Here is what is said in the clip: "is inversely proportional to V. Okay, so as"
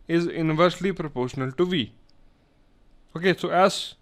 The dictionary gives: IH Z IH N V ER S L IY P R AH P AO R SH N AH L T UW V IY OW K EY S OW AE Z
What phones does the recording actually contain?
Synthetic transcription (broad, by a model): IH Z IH N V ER S L IY P R AH P AO R SH N AH L T UW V IY OW K EY S OW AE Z